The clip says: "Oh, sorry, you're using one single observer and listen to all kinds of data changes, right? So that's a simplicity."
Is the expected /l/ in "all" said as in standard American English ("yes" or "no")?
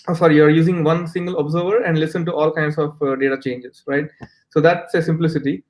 yes